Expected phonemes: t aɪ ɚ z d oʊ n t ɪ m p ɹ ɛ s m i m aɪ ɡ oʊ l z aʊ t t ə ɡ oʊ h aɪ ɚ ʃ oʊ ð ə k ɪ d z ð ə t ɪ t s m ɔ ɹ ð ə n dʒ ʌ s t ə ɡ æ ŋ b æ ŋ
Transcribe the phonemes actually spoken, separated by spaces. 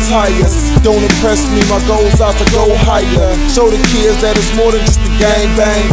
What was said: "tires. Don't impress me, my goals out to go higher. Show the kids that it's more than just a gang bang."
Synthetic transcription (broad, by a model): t aɪ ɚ d oʊ n t ɪ m p ɹ ɛ s m i m aɪ ɡ oʊ l z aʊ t t ə ɡ oʊ h aɪ ɚ s oʊ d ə k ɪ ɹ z ð ə t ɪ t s m ɔ ɹ ð ə n dʒ ʌ s t ə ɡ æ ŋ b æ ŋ